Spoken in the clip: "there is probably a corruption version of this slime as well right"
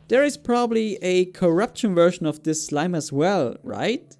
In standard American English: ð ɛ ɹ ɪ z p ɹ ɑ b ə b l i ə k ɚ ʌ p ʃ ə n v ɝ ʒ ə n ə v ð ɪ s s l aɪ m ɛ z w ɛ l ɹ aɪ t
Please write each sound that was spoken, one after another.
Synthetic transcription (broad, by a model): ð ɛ ɹ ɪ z p ɹ ɑ b ə b l i ə k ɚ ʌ p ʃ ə n v ɝ ʃ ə n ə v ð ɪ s s l aɪ m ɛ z w ɛ l ɹ aɪ t